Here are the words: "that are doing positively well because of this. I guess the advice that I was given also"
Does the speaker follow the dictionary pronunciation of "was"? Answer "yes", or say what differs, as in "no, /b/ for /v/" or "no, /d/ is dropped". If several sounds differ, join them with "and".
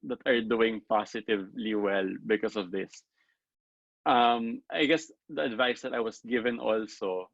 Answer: no, /s/ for /z/